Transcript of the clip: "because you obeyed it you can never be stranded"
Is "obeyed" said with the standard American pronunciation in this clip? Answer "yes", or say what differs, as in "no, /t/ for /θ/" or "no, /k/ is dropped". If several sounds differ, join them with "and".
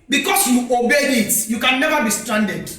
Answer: no, /d/ is dropped